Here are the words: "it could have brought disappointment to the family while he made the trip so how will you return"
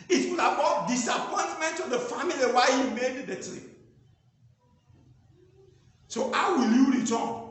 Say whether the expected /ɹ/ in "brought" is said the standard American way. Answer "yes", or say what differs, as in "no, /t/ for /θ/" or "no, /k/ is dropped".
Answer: no, /ɹ/ is dropped